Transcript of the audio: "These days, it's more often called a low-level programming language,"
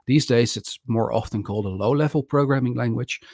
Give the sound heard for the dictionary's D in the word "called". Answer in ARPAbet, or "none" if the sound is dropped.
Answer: D